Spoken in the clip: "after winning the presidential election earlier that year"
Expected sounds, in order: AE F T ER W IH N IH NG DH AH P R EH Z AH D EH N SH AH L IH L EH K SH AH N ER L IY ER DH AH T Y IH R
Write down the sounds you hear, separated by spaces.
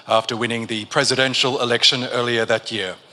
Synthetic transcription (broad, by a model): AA F T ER W IH N IH NG DH AH P R EH Z AH D EH N SH AH L IH L EH K SH AH N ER L IY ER DH AH T Y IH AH